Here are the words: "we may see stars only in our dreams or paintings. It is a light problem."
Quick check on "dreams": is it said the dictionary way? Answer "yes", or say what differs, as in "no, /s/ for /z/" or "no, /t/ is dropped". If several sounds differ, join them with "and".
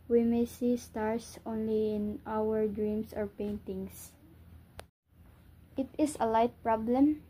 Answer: no, /s/ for /z/